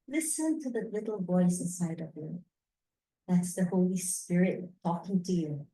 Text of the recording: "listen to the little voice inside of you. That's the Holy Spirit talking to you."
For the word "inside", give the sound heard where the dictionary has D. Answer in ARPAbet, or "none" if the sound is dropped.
D